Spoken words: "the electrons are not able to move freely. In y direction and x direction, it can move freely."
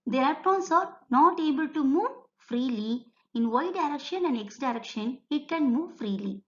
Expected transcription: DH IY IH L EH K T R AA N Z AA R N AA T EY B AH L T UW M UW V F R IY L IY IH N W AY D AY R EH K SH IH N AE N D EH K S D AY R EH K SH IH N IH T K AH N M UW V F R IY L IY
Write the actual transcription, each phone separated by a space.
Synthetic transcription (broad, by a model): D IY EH T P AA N S AA R N AA T EY B AH L T UW M UW V F R IY L IY IH N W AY D AY R EH K SH IH N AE N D EH K S D AY R EH K SH IH N IH T K AH N M UW V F R IY L IY